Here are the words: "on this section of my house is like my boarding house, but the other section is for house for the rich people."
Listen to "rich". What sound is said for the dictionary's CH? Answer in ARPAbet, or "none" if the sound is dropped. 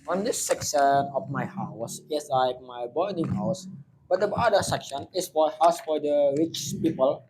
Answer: CH